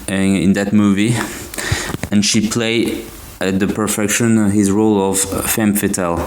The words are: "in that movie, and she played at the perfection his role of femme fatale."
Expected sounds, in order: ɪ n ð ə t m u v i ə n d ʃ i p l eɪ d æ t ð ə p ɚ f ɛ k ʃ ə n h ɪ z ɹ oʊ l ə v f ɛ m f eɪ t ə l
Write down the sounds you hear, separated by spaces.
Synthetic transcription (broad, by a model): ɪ n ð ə t m u v i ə n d ʃ i p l eɪ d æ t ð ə p ɚ f ɛ k ʃ ə n h ɪ z ɹ oʊ l ə v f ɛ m f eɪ t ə l